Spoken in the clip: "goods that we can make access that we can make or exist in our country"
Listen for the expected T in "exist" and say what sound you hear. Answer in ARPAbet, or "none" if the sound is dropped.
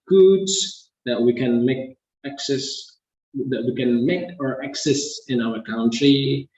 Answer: none